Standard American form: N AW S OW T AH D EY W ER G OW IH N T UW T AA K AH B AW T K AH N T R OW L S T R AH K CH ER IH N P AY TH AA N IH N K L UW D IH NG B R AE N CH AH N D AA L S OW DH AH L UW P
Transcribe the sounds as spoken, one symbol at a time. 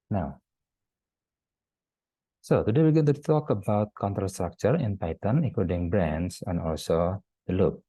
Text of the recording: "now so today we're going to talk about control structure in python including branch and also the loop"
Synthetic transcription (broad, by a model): N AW S OW T AH D EY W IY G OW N T UW T AA K AH B AW T K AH N T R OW S T R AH K CH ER IH N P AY T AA N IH K UW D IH NG B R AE N S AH N AA L S OW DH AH L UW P